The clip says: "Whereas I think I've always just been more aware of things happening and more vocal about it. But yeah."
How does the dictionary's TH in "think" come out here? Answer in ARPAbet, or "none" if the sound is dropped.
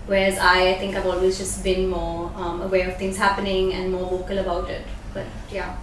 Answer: T